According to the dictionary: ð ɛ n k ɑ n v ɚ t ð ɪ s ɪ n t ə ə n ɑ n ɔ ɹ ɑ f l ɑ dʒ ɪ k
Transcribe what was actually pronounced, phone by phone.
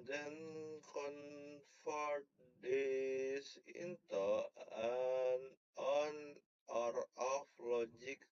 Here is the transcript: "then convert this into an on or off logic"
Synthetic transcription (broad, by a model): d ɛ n k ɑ n f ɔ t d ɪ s ɪ n t ə ə n ɑ n ɔ ɹ ɑ f l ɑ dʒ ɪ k